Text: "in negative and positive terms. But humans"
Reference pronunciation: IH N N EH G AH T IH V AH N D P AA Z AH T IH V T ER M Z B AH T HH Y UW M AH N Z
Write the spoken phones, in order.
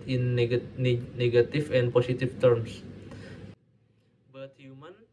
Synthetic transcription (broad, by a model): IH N N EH G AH T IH F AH N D P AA S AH T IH F T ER M S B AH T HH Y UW M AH N